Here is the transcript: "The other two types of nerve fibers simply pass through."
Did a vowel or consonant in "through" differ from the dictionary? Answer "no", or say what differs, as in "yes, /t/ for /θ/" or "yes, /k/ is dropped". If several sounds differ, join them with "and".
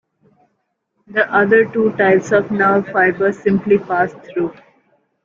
yes, /t/ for /θ/